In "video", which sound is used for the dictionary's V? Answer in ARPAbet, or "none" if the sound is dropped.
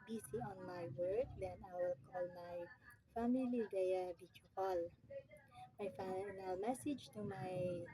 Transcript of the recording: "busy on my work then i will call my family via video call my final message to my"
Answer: B